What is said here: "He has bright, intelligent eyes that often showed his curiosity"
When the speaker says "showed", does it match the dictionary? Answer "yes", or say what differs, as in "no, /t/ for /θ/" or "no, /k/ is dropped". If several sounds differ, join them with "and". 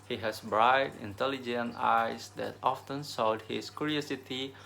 no, /s/ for /ʃ/